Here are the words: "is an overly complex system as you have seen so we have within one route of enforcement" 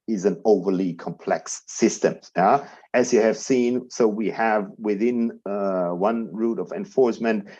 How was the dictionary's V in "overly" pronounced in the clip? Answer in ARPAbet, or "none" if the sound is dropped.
V